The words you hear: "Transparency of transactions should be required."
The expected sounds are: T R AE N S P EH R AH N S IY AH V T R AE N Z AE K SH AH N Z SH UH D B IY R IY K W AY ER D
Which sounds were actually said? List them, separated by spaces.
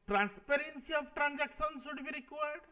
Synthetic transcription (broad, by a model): T R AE N S P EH R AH N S IY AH P T R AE N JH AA K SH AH N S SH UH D B IY R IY K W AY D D